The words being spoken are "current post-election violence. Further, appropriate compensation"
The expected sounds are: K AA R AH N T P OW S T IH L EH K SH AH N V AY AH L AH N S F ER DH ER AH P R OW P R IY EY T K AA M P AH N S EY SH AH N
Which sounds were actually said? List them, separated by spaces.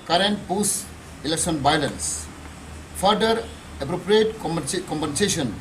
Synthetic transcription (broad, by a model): K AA R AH N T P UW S IH L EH K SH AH N B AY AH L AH N S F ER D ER AH P R OW P R IY EY T K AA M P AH N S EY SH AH N